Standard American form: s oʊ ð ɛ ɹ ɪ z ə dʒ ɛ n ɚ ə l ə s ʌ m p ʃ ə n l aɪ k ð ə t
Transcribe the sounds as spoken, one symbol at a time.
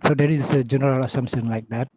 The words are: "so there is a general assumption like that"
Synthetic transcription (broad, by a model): s oʊ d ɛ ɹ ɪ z ə dʒ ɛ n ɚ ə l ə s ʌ m ʃ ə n l aɪ k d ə t